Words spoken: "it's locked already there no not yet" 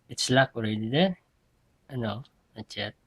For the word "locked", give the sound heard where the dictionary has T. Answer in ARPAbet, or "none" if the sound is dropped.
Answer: none